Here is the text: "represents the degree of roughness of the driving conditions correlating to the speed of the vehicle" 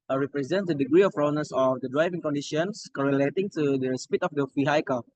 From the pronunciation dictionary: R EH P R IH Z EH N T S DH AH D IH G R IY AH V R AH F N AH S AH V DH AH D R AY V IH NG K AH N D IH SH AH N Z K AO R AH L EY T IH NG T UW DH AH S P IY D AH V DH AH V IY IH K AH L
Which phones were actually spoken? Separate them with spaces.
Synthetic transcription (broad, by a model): R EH P R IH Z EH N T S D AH D IH G R IY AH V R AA N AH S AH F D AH D R AY V IH NG K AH N D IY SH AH N S K AO R AH L EY T IH NG T UW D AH S P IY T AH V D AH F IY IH K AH